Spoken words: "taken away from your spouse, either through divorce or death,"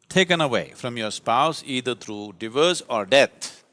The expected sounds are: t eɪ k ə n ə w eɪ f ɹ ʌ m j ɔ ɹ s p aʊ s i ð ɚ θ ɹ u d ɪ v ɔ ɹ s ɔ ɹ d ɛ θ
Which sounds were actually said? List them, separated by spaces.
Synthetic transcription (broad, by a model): t eɪ k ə n ə w eɪ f ɹ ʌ m j ɔ ɹ s p aʊ s i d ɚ t ɹ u d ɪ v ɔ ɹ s ɔ ɹ d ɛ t